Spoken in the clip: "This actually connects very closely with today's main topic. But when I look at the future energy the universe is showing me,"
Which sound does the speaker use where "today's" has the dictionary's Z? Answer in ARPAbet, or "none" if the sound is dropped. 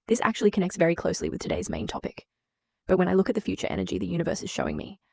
Z